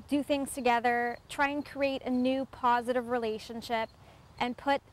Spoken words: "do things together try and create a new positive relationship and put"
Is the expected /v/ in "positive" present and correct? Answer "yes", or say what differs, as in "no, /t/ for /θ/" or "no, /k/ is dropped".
yes